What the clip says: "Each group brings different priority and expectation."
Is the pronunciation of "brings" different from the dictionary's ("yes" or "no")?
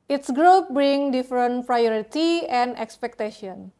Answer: yes